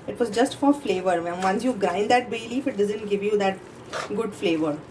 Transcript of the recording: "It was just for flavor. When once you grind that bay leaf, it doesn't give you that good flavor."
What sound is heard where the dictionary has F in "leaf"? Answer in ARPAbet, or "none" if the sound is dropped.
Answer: F